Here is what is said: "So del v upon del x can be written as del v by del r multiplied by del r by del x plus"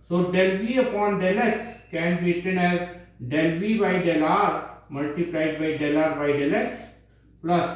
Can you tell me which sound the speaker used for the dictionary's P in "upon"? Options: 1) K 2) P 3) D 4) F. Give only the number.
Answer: 2